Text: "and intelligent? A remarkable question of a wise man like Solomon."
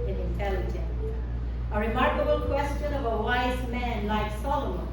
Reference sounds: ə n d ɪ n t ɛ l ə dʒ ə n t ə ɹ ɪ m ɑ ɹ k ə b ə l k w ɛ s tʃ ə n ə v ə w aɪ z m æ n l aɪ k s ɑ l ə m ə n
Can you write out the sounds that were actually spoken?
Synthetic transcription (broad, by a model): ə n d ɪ n t ɛ l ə dʒ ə n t ə ɹ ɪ m ɑ ɹ k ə b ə l k w ɛ s tʃ ə n ə v ə w aɪ z m æ n l aɪ k s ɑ l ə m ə n